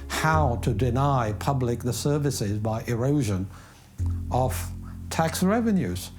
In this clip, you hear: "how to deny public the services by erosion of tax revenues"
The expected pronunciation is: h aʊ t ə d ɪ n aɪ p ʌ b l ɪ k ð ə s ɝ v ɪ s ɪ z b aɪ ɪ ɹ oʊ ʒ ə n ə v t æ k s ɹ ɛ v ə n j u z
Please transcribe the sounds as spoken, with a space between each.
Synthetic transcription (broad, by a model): h aʊ t ə d ɪ n aɪ p ʌ b l ɪ k ð ə s ɝ v ɪ s ɪ z b aɪ ɪ ɹ oʊ ʒ ə n ə v t æ k s ɹ ɛ v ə n j u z